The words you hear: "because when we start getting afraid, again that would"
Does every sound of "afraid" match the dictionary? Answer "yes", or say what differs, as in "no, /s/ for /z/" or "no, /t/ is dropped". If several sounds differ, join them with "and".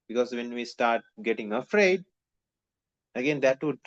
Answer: yes